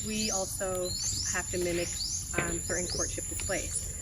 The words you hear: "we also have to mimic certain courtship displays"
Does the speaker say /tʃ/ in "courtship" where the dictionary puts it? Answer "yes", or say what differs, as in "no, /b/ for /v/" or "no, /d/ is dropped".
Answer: yes